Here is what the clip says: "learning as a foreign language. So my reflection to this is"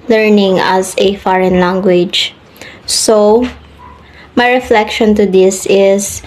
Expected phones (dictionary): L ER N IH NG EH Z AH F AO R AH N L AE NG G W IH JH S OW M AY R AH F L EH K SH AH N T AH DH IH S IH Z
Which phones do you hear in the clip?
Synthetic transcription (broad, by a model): L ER N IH NG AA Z AH F AO R AH N L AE NG G W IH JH S OW M AY R AH F L EH K SH AH N T AH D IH S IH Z